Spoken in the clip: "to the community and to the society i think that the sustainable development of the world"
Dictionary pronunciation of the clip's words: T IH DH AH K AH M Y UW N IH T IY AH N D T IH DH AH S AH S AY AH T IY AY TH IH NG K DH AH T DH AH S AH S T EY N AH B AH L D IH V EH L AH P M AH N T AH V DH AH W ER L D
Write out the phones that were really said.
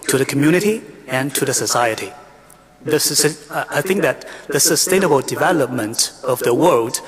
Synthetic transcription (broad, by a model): T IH DH AH K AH M Y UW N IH T IY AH N T IH DH AH S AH S AY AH T IY AY TH IH NG K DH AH T DH AH S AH S T EY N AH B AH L D IH V EH L AH P M AH N T AH V DH AH W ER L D